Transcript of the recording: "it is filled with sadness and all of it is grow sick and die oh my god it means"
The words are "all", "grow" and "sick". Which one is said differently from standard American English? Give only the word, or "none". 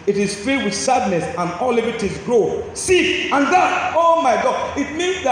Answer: sick